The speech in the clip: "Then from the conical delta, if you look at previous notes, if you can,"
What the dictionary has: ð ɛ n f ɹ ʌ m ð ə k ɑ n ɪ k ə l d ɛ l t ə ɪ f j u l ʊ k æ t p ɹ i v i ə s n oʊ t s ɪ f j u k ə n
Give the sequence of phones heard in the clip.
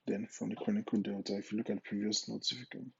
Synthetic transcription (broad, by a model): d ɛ n f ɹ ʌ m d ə k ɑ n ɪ k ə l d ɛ t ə ɪ f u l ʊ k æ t p ɹ i v i ə s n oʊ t ɪ f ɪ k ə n